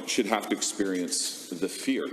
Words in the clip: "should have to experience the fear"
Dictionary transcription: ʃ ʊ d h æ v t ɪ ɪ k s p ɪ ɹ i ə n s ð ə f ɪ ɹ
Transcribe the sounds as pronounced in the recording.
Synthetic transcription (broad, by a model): ʃ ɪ d h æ f t ɪ ɪ k s p ɪ ɹ i ə n s ð ə f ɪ ɹ